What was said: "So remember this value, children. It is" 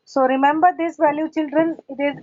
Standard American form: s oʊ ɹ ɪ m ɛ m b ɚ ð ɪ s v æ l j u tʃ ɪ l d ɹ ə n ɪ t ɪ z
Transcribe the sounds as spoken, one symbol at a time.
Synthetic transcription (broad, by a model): s oʊ ɹ ɪ m ɛ m b ɚ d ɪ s v æ l j u tʃ ɪ l d ɹ ə n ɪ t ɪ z